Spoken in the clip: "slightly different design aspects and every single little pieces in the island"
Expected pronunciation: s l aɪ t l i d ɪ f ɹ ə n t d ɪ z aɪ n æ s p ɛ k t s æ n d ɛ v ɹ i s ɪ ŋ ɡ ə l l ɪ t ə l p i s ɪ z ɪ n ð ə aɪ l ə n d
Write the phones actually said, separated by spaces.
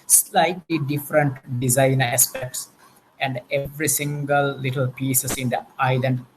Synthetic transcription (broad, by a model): s l aɪ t l i d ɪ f ɹ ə n t d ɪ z aɪ n æ s p ɛ k t s æ n d ɛ v ɹ i s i ŋ ɡ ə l l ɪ t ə l p i s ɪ s ɪ n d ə aɪ l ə n d